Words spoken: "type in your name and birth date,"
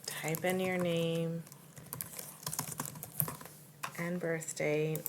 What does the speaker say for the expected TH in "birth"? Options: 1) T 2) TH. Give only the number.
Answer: 2